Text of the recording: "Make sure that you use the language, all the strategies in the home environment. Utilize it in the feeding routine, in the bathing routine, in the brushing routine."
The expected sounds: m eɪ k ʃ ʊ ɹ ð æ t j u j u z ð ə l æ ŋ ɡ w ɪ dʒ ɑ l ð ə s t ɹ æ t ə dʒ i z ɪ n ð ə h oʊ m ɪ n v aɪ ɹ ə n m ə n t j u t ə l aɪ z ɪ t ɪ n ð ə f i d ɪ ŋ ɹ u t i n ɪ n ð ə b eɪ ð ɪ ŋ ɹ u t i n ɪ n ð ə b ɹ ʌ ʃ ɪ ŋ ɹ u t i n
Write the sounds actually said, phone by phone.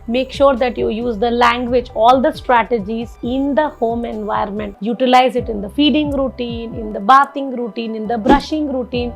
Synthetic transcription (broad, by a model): m eɪ k ʃ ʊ ɹ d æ t j u j u z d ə l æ ŋ ɡ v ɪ dʒ ɑ l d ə s t ɹ æ t ə dʒ i z ɪ n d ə h oʊ m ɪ n v aɪ ə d m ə n t j u t ə l aɪ z ɪ t ɪ n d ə f i d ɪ ŋ ɹ u t i n ɪ n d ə b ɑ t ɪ ŋ ɹ u t i n ɪ n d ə b ɹ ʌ ʃ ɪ ŋ ɹ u t i n